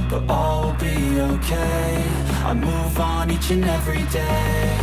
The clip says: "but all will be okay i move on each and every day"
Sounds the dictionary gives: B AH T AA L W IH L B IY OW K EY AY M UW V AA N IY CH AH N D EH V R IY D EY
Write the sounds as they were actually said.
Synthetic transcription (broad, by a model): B AH T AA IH L B IY OW K EY AY M UW V N IY CH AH N EH V R IY D EY